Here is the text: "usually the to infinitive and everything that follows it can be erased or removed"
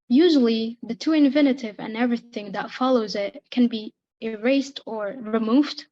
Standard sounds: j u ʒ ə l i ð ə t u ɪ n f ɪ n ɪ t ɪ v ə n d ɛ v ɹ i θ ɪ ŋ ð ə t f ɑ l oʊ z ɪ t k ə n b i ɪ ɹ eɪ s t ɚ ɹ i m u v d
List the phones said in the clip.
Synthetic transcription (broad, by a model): j u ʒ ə l i ð ə t u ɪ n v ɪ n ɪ t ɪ v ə n ɛ v ɹ i θ ɪ ŋ ð ə t f ɑ l oʊ z ɪ t k ə n b i ɪ ɹ eɪ s t ɚ ɹ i m u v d